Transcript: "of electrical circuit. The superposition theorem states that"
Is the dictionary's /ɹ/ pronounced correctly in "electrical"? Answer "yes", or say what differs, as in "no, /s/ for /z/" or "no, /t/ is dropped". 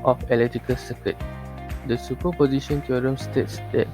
no, /ɹ/ is dropped